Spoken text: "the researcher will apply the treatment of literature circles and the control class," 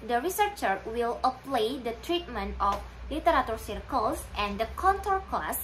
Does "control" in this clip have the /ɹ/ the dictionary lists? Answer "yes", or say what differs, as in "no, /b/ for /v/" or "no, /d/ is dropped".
no, /ɹ/ is dropped